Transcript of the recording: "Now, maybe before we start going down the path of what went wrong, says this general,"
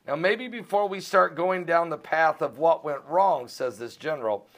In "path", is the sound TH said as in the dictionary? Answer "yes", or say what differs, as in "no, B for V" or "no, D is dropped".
yes